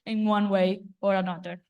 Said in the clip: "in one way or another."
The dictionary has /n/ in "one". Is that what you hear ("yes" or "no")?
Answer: yes